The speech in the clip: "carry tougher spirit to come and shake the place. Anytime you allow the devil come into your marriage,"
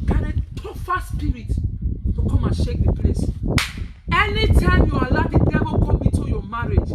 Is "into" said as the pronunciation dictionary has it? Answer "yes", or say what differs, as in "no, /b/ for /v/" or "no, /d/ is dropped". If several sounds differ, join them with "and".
no, /n/ is dropped